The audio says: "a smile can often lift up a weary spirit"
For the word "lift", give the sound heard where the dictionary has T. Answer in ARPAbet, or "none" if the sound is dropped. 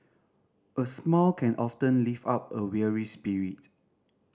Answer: none